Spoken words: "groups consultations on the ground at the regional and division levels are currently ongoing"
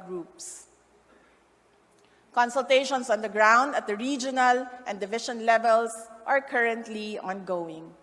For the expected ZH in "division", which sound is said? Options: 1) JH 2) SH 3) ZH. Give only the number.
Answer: 2